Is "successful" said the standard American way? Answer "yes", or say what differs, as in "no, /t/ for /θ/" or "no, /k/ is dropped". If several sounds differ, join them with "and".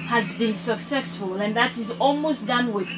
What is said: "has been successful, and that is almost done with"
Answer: yes